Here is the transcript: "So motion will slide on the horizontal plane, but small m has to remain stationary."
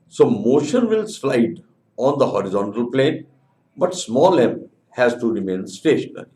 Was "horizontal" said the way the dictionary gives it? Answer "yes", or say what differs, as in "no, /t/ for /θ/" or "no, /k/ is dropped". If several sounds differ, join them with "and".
yes